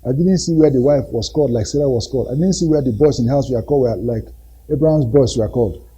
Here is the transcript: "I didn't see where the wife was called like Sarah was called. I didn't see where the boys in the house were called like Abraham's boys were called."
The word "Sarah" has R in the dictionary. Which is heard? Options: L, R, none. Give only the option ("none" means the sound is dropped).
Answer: L